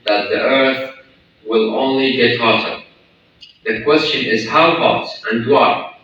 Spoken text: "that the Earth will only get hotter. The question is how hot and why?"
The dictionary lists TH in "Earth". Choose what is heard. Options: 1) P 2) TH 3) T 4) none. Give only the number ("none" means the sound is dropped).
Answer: 2